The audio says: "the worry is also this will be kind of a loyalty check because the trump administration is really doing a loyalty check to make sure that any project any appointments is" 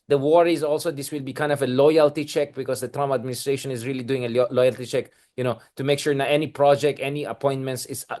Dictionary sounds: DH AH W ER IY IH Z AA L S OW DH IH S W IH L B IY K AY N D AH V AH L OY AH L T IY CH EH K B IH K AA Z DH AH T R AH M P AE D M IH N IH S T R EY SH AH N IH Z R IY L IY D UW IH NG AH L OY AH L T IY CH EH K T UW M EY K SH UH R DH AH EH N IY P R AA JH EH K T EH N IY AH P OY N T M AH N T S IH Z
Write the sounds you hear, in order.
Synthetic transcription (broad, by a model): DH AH W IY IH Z AA L S OW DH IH S W IH L B IY K AY N D AH V AH L OY AH L T IY CH EH K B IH K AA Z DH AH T R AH M AE D M IH N IH S T R EY SH AH N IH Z R IY L IY D UW IH NG AH L OY AH L T IY CH EH K T UW M EY K SH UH R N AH EH N IY P R AA JH EH K T EH N IY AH P OY N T M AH N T S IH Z